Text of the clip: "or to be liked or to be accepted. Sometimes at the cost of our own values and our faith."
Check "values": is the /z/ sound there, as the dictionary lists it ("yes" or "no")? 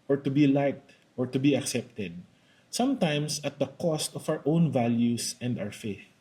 no